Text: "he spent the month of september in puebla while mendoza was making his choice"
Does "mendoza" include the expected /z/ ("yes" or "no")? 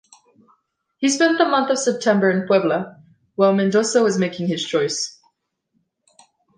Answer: no